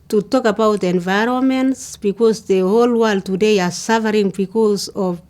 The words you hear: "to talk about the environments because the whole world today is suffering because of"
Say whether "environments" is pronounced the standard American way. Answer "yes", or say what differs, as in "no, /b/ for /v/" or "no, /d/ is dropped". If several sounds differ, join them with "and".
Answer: yes